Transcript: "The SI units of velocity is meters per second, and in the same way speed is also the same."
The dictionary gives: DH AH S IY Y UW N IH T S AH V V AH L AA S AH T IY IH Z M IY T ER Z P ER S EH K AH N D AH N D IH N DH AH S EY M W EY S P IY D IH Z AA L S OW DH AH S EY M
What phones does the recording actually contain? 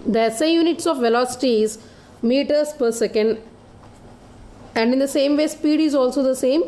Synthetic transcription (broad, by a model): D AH S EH Y UW N IH T S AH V V AH L AA S AH T IY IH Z M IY T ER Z P ER S EH K AH N D AH N D IH N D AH S EY M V EY S P IY D IH Z AA L S OW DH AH S EY M